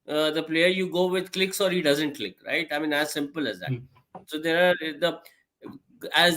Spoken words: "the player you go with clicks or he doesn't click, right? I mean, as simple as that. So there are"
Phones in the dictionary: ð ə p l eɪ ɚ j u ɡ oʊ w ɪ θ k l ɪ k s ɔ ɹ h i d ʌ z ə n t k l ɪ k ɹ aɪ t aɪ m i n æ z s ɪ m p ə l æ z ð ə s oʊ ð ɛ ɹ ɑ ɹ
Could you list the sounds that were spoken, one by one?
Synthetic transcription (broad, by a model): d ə p l eɪ ɚ j u ɡ oʊ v ɪ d k l ɪ k s ɔ ɹ h i d ʌ z ə n t k l ɪ k ɹ aɪ t aɪ m i n æ z s ɪ m p ə l æ z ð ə s oʊ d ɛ ɹ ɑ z